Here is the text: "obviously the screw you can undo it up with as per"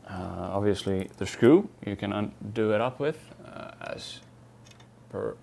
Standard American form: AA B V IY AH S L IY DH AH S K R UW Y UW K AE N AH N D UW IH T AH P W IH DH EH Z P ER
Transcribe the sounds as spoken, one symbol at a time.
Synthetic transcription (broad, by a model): AA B V IY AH S L IY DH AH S K UW Y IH K AE N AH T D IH IH T AH P W IH DH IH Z P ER